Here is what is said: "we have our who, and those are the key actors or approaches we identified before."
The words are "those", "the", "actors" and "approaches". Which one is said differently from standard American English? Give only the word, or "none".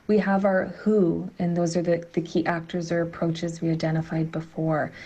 none